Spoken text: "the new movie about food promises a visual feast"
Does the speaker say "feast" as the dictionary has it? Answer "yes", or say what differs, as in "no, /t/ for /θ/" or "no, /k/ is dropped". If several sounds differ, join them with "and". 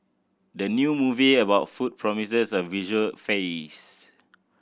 no, /t/ is dropped